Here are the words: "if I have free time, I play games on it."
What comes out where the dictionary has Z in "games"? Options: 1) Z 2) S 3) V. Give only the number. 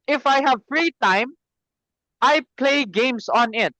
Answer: 2